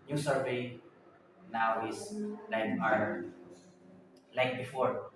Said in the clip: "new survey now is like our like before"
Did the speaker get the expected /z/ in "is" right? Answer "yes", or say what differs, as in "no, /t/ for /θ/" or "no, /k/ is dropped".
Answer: no, /s/ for /z/